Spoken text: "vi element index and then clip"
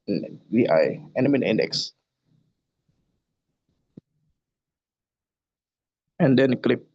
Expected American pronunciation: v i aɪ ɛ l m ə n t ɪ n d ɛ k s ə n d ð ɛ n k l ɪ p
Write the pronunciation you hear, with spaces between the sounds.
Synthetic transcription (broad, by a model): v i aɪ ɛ m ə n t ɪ n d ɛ k s ə n d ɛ n k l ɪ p